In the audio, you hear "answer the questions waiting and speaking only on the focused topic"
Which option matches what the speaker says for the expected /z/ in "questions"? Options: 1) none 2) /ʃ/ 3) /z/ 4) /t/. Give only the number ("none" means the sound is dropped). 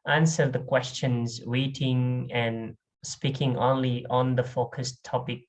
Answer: 3